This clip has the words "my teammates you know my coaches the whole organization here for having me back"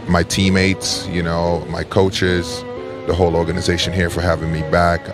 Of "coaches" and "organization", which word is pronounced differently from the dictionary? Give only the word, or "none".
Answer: none